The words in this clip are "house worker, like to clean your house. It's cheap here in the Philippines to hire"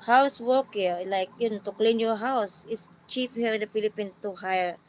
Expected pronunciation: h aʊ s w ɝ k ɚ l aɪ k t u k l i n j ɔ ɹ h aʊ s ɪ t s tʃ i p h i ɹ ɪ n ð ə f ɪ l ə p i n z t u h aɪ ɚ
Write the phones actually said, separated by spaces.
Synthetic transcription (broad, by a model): h aʊ s w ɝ k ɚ l aɪ k t u k l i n j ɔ h aʊ s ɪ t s tʃ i f h i ɹ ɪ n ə f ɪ l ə p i n s t u h aɪ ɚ